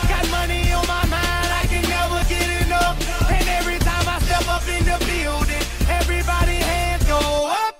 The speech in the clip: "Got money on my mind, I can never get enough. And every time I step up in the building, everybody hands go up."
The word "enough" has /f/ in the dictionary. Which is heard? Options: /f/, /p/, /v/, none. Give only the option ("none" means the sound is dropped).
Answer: none